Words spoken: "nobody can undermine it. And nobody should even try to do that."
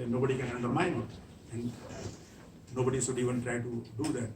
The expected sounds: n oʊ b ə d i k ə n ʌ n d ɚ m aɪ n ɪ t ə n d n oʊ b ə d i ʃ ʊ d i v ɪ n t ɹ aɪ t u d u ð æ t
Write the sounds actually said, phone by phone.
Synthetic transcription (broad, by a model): n oʊ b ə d i k ə n ʌ n d ɚ m aɪ n ɪ t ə n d n oʊ b ə d i s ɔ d i v ɪ n t ɹ aɪ t u d u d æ t